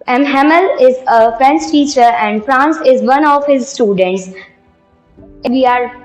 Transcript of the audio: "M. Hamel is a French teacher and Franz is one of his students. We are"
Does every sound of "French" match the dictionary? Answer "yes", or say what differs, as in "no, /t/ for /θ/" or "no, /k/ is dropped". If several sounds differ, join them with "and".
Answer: no, /s/ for /tʃ/